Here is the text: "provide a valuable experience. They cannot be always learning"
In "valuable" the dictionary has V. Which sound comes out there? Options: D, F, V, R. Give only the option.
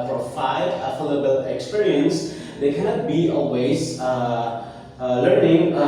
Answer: F